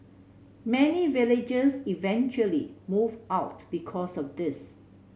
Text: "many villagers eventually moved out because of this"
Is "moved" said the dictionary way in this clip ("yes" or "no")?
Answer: no